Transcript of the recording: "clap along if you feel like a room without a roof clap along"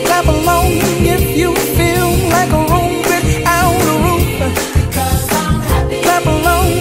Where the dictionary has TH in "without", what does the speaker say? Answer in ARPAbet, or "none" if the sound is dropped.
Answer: S